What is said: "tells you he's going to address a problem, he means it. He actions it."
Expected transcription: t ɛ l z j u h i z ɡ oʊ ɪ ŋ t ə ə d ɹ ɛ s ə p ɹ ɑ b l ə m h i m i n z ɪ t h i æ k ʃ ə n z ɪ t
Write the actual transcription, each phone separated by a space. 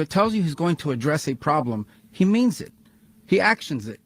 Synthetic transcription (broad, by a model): t ɛ l z j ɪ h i z ɡ oʊ ɪ ŋ t ə ə d ɹ ɛ s ə p ɹ ɑ b l ə m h i m i n z ɪ t h i æ k ʃ ə n z ɪ t